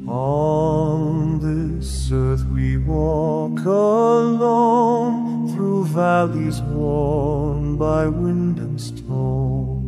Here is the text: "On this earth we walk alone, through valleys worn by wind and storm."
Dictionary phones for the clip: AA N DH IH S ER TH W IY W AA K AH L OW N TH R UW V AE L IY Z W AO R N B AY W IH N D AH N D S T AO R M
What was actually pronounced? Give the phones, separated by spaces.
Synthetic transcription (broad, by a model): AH N DH IH S ER TH W IY W AA K AH L OW N TH R UW V AE L IY Z W AO R N B AY W IH N D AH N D S T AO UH